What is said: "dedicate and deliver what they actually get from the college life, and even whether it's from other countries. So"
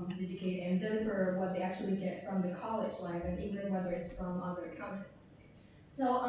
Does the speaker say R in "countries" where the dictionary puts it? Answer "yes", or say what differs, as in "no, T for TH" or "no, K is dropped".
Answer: no, R is dropped